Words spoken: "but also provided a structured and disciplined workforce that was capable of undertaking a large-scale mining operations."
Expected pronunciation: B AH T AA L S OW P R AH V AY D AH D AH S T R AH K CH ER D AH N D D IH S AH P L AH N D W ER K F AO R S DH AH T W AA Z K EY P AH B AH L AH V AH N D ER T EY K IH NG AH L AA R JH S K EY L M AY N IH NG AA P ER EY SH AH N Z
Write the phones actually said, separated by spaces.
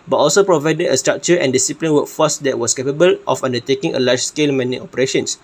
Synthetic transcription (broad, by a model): B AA T AA L S OW P R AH V AY D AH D AH S T R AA K CH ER AH N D D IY S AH P L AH N W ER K F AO S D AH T W AA S K EY P AH B AH L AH F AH N D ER T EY K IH NG AH L AA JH S K EY L M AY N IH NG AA P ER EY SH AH N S